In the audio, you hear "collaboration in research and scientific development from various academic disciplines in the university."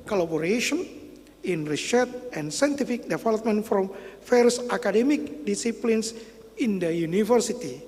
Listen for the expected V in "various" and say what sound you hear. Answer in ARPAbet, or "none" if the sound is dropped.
F